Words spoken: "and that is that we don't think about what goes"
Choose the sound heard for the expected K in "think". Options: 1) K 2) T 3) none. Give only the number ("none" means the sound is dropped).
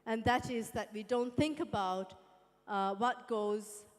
1